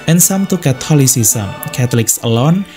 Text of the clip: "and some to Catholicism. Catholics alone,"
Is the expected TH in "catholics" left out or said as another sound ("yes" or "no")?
yes